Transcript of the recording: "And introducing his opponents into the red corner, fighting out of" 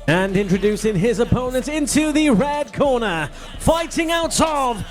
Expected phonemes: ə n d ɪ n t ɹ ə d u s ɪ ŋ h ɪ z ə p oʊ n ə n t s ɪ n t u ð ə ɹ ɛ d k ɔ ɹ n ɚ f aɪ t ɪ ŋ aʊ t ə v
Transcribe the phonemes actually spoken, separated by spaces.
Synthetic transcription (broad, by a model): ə n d ɪ n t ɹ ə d u s ɪ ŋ ɪ z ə p oʊ n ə n t ɪ n t u ð ə ɹ ɛ d k ɔ ɹ n ɚ f aɪ t ɪ ŋ aʊ t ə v